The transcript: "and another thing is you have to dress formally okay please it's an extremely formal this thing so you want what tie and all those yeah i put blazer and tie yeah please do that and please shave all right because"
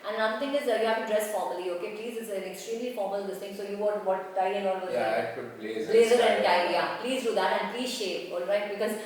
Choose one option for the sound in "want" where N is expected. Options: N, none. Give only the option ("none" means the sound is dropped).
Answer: none